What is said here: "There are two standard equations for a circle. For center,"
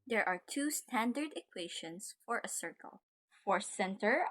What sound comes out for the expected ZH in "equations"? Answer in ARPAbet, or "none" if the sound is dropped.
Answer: SH